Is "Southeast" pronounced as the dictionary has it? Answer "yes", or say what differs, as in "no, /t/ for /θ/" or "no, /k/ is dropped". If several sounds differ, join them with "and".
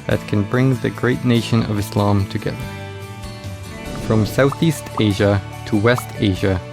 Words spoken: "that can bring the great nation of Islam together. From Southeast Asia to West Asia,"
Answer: yes